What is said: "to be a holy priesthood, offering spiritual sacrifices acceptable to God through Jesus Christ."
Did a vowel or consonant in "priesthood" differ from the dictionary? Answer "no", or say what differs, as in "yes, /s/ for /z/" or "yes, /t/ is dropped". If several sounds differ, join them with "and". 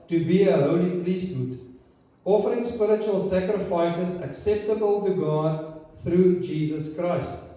yes, /l/ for /ɹ/